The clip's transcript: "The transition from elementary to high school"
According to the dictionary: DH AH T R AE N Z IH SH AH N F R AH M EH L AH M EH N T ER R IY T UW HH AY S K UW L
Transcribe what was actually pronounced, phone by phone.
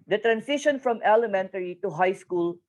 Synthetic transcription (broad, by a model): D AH T R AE N S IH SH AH N F R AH M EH L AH M EH N T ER R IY T UW HH AY S K UW L